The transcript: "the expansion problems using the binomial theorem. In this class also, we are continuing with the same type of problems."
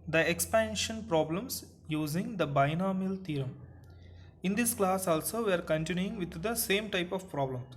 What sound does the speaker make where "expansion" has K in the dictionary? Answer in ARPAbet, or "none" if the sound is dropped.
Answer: K